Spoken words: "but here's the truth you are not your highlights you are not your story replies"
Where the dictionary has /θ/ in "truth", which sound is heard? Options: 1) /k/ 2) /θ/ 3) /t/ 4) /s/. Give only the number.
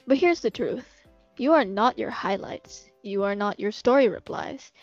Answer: 2